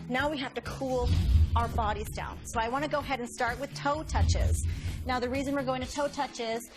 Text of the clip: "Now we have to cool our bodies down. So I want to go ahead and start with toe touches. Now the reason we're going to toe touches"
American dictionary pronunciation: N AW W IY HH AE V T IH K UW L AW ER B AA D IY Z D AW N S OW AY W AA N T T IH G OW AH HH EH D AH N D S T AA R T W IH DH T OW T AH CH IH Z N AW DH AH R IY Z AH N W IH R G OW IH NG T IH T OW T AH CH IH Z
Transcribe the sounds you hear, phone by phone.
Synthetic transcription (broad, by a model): N AW W IY HH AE F T IH K UW L AW ER B AA D IY Z D AW N S OW AY W AA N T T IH G OW AH HH EH D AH N S T AA R T W IH DH T OW T AH CH IH Z N AW DH AH R IY Z AH N W IH R G OW IH NG T IH T OW T AH CH IH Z